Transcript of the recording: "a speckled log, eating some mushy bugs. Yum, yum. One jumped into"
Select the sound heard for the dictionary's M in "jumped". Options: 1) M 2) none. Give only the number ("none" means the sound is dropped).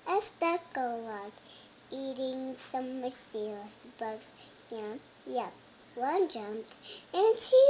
1